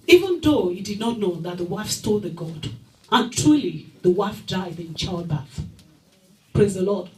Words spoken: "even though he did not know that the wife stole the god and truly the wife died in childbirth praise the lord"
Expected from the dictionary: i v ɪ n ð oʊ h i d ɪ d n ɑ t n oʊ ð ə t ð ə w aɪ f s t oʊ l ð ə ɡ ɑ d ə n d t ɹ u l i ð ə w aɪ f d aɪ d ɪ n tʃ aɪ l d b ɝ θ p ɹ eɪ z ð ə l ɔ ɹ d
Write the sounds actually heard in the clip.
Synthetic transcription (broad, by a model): i v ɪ n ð oʊ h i d ɪ d n ɑ t n oʊ ð ə t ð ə w aɪ f s t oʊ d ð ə ɡ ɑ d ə n t ɹ u l i ð ə w aɪ f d aɪ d ɪ n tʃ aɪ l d b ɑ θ p ɹ eɪ z ð ə l ɔ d